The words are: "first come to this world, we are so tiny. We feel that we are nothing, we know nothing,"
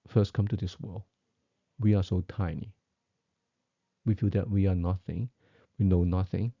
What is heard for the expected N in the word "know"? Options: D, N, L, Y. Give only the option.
N